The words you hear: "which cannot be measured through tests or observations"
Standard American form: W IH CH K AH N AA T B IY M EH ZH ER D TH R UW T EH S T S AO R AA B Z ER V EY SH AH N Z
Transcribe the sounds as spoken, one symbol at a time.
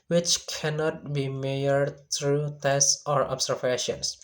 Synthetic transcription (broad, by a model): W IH CH K AH N AA T B IY M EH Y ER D T R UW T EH S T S AO R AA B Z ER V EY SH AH N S